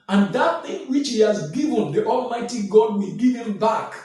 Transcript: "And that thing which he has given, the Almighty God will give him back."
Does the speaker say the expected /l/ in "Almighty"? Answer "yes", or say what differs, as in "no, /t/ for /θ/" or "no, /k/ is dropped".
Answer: yes